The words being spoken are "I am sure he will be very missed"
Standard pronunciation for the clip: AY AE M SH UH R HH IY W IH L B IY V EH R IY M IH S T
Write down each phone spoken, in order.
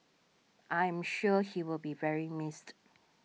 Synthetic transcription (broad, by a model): AY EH M SH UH HH IY W IH L B IY V EH R IY M IH S T